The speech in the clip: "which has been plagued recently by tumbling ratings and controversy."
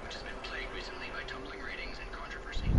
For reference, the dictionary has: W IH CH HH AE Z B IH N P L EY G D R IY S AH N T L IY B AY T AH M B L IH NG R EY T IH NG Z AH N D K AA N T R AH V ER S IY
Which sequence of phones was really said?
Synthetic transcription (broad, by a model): W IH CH HH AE Z B IH N P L EY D R IY S AH N T L IY B AY T AH M B L IH NG R EY T IH NG Z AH N K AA N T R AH V ER S IY